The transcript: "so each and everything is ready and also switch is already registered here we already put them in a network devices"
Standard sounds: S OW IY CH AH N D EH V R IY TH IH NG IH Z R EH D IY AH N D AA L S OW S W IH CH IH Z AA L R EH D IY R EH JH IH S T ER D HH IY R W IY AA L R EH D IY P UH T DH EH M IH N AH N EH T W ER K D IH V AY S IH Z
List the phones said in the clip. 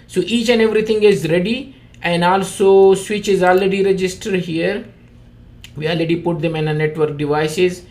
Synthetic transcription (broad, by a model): S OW IY CH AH N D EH V R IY T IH NG IH Z R EH D IY AH N D AA L S OW S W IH CH IH Z AA L R EH D IY R EH JH IH S T ER D HH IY R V IY AA L R EH D IY P UH T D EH M IH N AH N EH T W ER K D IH V AY S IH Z